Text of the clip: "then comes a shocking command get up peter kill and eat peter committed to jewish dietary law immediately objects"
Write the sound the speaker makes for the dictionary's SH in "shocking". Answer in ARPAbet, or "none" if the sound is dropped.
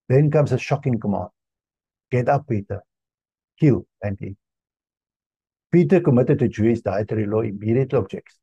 SH